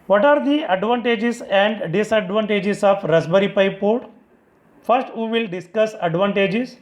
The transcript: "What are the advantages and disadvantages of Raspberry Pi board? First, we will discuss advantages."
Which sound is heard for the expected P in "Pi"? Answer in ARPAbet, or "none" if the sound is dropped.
P